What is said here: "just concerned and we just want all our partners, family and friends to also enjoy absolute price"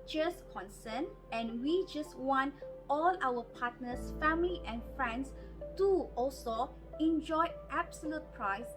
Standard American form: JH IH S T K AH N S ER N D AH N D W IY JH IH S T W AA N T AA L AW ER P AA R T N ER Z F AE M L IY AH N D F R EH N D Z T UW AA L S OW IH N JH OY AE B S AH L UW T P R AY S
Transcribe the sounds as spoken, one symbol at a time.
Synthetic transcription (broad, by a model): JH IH S K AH N S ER N AH N W IY JH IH S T W AA N T AA L AW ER P AA T N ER S F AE M L IY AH N F R EH N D S T UW AA L S OW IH N JH OY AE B S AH L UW T P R AY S